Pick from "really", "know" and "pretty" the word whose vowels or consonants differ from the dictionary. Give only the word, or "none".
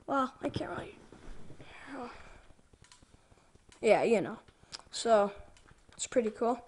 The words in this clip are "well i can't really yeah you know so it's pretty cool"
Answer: really